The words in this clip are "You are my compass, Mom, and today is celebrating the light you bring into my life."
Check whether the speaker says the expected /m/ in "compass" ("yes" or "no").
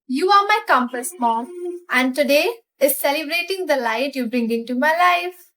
yes